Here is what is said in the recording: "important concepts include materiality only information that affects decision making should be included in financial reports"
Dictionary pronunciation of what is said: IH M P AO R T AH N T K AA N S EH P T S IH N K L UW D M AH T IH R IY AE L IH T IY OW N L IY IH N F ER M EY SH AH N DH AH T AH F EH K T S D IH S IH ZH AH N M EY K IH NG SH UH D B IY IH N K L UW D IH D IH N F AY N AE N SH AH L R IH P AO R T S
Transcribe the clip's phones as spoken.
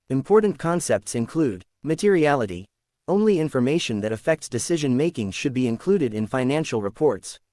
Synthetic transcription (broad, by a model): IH M P AO R T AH N K AA N S EH P T S IH N K L UW D M AH T IH R IY AE L IH T IY OW N L IY IH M F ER M EY SH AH N DH AH T AH F EH K T S D IH S IH ZH AH N M EY K IH NG SH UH D B IY IH N K L UW D IH D IH N F AY N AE N SH L R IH P AO R T S